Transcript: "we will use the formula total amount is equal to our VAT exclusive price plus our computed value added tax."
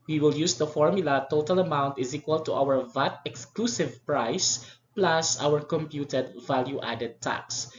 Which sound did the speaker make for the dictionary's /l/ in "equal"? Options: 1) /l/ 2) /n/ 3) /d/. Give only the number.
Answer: 1